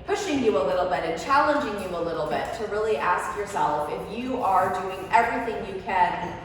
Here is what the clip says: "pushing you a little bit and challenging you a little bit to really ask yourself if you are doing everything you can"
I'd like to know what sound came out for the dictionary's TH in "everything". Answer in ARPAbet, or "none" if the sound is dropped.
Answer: TH